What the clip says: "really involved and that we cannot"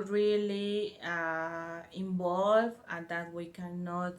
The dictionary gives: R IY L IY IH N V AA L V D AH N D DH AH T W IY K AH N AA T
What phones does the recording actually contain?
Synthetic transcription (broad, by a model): R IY L IY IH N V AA L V AH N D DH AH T W IY K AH N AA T